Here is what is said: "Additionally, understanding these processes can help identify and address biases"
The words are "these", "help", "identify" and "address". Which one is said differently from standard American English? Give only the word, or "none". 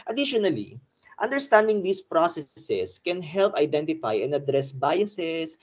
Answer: these